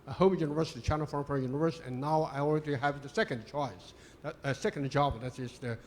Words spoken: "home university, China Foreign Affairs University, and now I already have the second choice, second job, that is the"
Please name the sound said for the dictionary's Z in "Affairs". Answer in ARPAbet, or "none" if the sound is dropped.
none